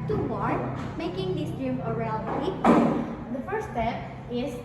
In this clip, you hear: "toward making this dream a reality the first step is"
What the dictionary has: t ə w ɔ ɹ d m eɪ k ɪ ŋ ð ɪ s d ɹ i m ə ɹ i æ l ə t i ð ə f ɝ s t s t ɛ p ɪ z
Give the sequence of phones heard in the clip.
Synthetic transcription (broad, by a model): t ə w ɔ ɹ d m eɪ k ɪ ŋ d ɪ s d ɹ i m ə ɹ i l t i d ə f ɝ t s t ɛ p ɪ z